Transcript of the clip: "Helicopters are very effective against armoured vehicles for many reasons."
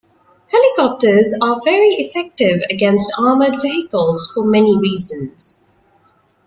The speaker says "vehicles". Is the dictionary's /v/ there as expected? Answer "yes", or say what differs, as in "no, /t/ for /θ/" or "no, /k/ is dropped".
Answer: yes